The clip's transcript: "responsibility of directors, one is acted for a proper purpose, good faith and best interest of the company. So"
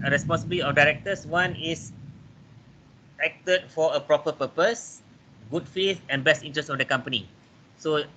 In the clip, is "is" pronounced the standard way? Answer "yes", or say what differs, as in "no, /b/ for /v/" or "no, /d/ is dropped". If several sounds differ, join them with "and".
no, /s/ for /z/